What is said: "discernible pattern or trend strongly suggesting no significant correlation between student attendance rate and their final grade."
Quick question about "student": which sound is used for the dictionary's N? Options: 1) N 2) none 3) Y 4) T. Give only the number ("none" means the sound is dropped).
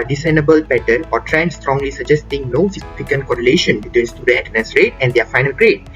2